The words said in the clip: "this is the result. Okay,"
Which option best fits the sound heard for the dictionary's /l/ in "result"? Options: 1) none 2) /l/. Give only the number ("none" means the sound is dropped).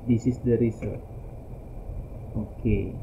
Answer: 1